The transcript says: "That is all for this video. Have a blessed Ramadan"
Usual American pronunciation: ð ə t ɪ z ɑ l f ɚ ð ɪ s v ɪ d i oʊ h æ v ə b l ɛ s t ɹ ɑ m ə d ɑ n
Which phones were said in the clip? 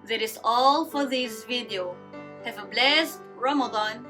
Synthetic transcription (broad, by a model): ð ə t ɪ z ɑ l f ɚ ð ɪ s v ɪ d i oʊ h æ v ə b l ɛ s t ɹ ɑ m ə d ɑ n